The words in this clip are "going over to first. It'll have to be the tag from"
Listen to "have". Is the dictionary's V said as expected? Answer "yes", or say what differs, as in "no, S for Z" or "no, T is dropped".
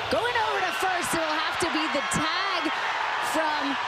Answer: no, F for V